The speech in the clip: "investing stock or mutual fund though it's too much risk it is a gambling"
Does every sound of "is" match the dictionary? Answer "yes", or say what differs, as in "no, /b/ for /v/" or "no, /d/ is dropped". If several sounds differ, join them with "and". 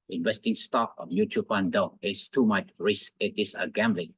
no, /s/ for /z/